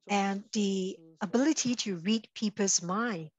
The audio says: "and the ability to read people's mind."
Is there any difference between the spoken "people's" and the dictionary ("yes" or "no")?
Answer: yes